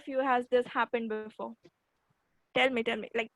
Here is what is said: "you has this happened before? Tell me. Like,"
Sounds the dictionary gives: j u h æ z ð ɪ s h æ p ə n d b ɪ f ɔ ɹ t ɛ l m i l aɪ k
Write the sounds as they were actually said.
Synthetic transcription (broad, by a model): j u h æ z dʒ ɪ s h æ p ə n d b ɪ f ɔ l t ɛ l m i l aɪ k